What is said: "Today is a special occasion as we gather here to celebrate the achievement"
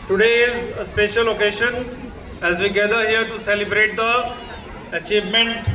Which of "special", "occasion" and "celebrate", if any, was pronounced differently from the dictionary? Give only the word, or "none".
occasion